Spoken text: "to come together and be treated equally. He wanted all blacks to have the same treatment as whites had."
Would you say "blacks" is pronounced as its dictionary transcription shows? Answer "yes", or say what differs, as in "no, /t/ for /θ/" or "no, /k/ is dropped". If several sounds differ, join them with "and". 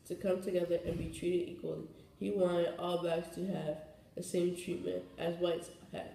no, /l/ is dropped